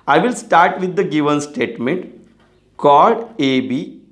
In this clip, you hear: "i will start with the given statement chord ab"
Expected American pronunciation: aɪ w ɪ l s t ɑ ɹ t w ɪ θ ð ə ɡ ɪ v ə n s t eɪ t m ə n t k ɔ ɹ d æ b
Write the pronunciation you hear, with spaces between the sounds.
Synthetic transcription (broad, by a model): aɪ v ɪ l s t ɑ ɹ t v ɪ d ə ɡ ɪ v ə n s t eɪ t m ə n t k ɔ l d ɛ b